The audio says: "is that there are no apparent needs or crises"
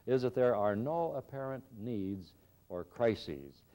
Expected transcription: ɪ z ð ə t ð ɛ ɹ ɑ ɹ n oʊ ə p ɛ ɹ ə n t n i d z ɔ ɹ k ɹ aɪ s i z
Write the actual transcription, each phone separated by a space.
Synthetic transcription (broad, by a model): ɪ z ð ə t ð ɛ ɹ ɑ ɹ n oʊ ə p ɛ ɹ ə n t n i d z ɔ ɹ k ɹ aɪ s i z